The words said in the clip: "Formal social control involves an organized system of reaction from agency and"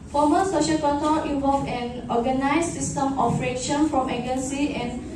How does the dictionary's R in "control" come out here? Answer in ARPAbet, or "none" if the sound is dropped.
none